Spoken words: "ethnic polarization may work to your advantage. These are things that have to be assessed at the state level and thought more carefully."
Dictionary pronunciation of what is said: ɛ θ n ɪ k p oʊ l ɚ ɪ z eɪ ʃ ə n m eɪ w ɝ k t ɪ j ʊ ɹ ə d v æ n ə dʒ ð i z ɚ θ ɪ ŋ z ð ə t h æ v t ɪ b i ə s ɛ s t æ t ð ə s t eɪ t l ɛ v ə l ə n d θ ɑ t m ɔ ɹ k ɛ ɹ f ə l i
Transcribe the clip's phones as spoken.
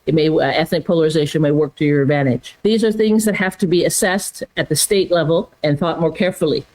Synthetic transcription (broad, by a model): ɛ θ n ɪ k p oʊ l ɚ ɪ z eɪ ʃ ə n m eɪ w ɝ k t ɪ j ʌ ɹ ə d v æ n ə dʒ ð i z ɚ θ ɪ ŋ z ð ə t h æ f t ɪ b i ə s ɛ s t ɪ t ð ə s t eɪ t l ɛ v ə l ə n θ ɑ t m ɔ ɹ k ɛ ɹ f l i